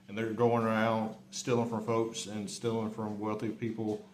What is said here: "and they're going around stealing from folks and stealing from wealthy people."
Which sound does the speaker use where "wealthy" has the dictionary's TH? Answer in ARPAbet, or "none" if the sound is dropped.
TH